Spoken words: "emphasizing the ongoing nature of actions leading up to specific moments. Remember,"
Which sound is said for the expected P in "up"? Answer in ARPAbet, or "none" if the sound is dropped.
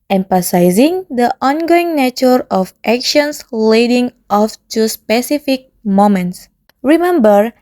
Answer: F